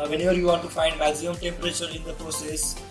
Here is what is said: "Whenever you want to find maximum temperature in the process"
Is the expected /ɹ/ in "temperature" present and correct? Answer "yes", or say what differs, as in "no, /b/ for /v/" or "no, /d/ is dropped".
yes